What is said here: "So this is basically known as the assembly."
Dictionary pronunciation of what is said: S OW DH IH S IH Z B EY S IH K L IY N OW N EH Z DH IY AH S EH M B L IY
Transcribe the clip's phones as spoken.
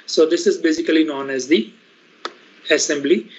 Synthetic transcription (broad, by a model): S OW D IH S IH Z B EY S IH K L IY N OW N EH Z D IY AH S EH M B L IY